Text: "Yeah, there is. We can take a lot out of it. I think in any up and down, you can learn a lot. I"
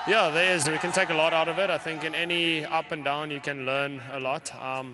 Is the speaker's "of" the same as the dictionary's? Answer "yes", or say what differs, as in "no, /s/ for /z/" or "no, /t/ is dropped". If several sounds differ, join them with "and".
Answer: yes